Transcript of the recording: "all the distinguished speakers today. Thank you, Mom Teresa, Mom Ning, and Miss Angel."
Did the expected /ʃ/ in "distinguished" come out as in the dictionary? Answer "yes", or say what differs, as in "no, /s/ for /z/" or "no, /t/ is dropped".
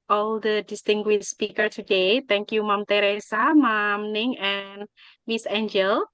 no, /ʃ/ is dropped